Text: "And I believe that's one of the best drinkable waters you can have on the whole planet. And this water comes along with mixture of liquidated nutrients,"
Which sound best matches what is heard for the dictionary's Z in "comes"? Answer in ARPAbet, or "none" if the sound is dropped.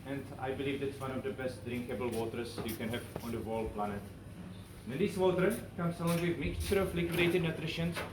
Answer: S